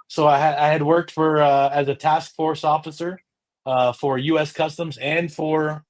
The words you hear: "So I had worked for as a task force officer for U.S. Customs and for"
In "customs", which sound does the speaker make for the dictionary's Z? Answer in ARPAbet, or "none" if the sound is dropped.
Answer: Z